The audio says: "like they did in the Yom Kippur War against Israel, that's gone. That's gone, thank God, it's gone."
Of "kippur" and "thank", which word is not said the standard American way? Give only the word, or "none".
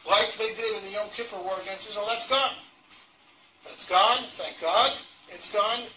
none